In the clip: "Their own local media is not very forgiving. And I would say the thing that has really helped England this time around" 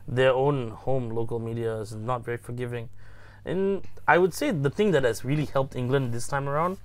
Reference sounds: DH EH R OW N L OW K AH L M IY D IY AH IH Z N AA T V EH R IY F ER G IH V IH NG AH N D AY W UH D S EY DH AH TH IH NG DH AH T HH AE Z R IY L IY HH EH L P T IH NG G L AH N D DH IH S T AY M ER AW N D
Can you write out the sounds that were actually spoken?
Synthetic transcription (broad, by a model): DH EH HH OW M L OW K AH L M IY D IY AH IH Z N AA T V EH R IY F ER G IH V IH NG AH N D AY W UH D S EY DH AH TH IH NG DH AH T HH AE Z R IY L IY HH EH L P T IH NG G L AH N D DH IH S T AY M ER AW N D